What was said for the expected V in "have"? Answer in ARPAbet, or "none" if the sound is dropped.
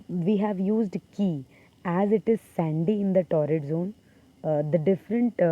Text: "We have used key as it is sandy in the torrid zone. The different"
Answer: V